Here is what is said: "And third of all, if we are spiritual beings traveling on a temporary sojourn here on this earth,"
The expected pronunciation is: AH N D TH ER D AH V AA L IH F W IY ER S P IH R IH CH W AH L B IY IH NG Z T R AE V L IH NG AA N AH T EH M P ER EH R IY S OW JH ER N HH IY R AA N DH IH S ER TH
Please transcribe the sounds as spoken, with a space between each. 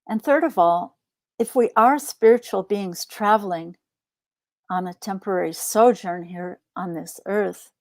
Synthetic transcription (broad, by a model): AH N TH ER D AH V AA L IH F W IY ER S P IH R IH CH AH L B IY IH NG Z T R AE V L IH NG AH N AH T EH M P ER EH R IY S OW JH ER N HH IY R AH N DH IH S ER TH